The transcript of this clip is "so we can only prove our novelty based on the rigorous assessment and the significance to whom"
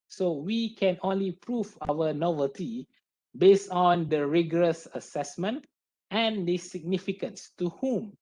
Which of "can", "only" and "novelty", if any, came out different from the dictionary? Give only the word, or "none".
none